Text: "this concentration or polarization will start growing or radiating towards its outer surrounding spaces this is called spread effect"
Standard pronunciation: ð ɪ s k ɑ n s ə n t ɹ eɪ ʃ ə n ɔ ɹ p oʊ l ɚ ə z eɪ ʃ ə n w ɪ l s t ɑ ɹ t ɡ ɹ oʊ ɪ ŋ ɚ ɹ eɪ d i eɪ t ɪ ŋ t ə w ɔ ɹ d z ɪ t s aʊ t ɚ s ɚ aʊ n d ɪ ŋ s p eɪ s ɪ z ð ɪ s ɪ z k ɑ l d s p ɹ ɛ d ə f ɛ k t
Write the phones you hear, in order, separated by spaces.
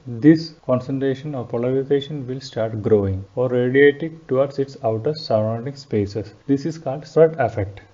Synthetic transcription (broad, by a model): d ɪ s k ɑ n s ə n t ɹ eɪ ʃ ə n ɔ ɹ p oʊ l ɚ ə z eɪ ʃ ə n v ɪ l s t ɑ ɹ t ɡ ɹ oʊ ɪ ŋ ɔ ɹ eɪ d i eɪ t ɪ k t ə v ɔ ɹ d s ɪ t s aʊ t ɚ s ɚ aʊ n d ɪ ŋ s p eɪ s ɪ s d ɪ s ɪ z k ɑ l d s ɹ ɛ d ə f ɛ k t